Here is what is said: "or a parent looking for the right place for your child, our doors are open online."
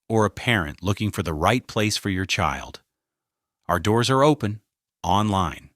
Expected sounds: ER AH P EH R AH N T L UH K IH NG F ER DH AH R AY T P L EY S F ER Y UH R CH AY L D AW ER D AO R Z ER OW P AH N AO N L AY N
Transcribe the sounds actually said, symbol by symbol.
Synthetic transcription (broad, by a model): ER AH P EH R AH N T L UH K IH NG F ER DH AH R AY T P L EY S F ER Y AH R CH AY L D AW ER D AO R Z ER OW P AH N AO N L AY N